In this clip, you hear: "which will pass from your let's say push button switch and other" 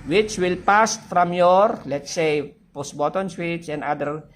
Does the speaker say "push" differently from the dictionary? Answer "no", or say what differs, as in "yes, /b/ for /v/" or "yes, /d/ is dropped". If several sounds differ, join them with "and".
yes, /s/ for /ʃ/